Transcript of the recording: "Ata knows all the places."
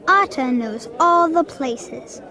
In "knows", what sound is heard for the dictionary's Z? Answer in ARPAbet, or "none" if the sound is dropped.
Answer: Z